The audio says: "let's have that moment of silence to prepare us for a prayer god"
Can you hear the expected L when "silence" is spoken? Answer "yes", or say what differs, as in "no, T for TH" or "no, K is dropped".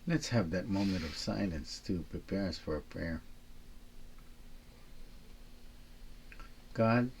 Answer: no, N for L